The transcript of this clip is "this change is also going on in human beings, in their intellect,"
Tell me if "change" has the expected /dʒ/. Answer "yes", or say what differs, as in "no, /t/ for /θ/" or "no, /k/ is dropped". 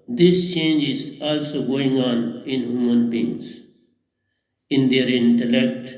yes